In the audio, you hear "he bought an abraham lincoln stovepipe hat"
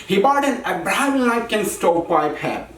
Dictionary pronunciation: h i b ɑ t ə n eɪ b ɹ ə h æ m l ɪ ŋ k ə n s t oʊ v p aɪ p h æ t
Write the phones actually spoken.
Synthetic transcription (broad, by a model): h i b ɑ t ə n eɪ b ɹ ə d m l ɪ k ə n s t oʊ p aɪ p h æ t